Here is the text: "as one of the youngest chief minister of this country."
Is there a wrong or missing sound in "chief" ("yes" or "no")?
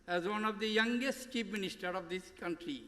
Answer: yes